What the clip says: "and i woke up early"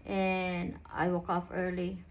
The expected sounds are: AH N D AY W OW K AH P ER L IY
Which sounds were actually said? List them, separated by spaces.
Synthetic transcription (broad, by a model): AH N AY W OW K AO F ER L IY